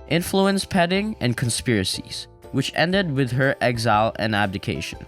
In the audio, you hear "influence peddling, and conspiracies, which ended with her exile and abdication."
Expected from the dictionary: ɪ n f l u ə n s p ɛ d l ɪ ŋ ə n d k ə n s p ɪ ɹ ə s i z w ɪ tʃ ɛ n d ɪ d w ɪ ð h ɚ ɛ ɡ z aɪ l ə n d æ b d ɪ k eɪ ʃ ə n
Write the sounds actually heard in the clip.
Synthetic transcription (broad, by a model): ɪ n f l u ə n s p ɛ d ɪ ŋ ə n k ə n s p ɪ ɹ ə s i z w ɪ tʃ ɛ n d ɪ d w ɪ ð h ɚ ɛ ɡ z aɪ l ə n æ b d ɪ k eɪ ʃ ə n